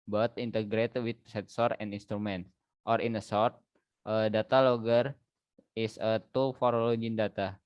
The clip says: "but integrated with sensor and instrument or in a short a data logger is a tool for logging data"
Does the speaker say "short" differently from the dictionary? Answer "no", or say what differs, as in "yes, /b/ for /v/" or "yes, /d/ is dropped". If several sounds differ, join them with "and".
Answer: yes, /s/ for /ʃ/